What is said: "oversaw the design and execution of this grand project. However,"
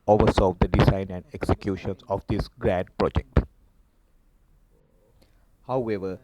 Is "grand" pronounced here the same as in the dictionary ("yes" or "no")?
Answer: no